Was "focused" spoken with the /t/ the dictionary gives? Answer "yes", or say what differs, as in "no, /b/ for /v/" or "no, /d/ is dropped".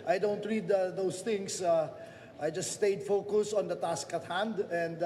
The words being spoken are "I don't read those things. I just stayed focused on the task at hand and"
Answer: no, /t/ is dropped